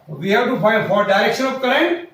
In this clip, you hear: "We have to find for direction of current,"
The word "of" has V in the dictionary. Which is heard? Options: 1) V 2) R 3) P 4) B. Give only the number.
3